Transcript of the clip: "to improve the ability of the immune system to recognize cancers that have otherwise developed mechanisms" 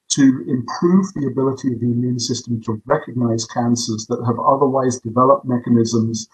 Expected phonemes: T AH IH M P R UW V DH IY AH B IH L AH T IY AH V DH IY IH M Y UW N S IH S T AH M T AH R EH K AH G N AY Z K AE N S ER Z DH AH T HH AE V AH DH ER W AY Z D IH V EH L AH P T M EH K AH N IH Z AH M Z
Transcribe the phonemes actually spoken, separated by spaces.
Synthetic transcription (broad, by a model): T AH IH M P R UW V DH IY AH B IH L AH T IY AH V DH IY IH M Y UW N S IH S T AH M T AH R EH K AH G N AY Z K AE N S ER Z DH AH T HH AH V AH DH ER W AY Z D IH V EH L AH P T M EH K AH N IH Z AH M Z